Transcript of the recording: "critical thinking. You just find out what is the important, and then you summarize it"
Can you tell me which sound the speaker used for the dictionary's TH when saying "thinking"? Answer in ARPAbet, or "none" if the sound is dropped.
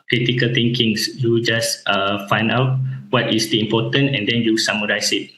T